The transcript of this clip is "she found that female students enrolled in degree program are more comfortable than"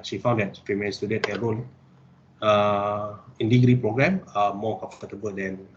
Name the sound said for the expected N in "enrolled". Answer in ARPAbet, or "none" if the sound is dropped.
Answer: none